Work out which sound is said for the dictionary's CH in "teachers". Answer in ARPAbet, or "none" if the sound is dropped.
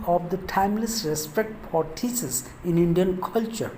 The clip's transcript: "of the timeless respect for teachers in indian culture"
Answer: S